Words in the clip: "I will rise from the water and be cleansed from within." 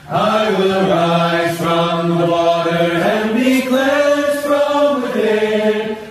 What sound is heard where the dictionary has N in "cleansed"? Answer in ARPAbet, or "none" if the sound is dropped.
none